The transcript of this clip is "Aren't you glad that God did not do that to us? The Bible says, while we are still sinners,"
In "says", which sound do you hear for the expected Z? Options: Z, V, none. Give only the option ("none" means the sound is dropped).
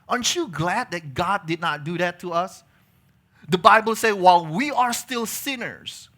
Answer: none